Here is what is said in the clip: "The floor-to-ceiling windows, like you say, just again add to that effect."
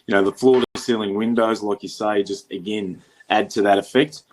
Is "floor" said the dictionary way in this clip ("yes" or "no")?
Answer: yes